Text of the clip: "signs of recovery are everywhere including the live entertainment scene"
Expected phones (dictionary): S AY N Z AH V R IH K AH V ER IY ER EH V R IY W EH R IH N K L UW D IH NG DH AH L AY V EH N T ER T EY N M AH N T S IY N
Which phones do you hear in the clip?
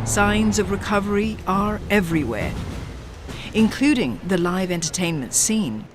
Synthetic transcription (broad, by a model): S AY N Z AH V R IH K AH V ER IY ER EH V R IY W EH R IH N K L UW D IH NG DH AH L AY V EH N T ER T EY N M AH N T S IY N